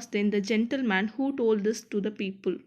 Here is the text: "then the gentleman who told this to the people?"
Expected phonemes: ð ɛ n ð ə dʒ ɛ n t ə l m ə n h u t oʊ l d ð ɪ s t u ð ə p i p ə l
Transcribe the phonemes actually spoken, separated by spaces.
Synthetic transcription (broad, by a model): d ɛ n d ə dʒ ɛ n t ə l m ə n h u t oʊ l d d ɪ s t u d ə p i p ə l